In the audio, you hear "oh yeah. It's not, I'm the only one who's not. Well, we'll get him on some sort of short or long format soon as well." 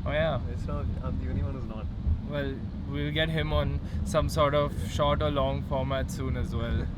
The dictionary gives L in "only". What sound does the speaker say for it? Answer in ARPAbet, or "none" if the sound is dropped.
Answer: none